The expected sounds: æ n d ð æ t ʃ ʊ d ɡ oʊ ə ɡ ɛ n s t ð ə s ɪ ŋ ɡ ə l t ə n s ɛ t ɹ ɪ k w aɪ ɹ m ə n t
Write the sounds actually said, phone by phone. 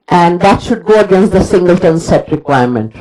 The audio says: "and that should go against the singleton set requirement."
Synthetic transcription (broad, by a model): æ n d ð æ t ʃ ʊ d ɡ oʊ ə ɡ ɛ n s t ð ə s ɪ ŋ ɡ ə l t ə n s ɛ t ɹ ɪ k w aɪ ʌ m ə n t